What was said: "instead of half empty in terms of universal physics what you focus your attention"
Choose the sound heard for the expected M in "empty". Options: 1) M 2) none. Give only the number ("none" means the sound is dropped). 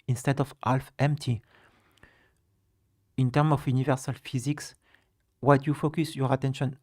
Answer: 1